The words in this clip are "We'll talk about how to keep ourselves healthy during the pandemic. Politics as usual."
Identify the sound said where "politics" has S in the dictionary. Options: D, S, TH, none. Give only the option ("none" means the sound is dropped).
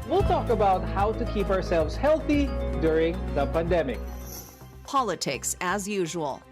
S